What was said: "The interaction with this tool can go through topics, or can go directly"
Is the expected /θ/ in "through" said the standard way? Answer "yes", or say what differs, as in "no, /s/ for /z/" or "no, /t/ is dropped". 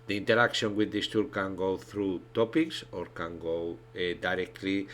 yes